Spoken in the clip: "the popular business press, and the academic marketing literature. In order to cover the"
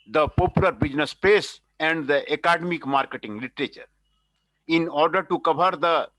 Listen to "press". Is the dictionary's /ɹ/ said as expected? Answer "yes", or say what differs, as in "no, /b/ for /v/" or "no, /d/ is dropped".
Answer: no, /ɹ/ is dropped